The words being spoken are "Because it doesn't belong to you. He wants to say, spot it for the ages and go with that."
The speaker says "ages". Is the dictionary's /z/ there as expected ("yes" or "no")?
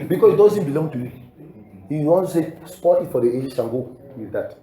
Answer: no